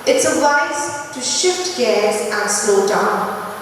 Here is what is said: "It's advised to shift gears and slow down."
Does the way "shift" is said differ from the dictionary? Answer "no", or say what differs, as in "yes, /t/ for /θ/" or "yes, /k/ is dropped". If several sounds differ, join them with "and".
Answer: no